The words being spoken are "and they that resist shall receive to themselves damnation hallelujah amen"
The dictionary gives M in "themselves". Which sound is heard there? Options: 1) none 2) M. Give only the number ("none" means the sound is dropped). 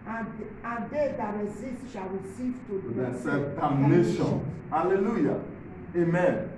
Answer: 1